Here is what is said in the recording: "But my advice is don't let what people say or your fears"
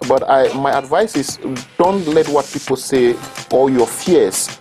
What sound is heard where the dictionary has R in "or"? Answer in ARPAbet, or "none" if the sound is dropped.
L